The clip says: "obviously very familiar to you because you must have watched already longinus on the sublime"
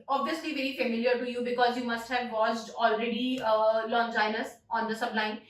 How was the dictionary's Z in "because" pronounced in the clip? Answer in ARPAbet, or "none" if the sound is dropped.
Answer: Z